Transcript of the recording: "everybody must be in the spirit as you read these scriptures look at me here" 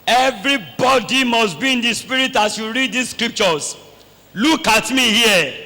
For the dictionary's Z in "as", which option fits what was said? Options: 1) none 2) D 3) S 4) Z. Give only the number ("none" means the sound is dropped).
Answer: 3